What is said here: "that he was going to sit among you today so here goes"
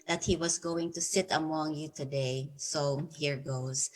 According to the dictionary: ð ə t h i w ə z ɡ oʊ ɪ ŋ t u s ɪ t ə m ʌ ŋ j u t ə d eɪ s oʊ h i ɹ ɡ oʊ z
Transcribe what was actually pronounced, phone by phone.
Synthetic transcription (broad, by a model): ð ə t h i w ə s ɡ oʊ ɪ ŋ t u s ɪ t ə m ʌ ŋ j u t ə d eɪ s oʊ h i ɹ ɡ oʊ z